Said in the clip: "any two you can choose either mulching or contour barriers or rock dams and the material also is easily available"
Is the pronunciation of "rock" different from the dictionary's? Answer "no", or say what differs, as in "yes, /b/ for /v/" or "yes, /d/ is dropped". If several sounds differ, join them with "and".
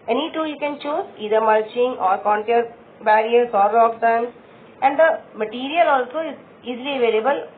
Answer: yes, /l/ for /ɹ/